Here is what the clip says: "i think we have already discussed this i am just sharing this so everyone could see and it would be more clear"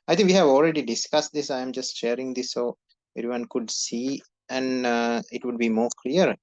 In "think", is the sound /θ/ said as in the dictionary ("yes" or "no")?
no